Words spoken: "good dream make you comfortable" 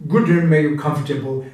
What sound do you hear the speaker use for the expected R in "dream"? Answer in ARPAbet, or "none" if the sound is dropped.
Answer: none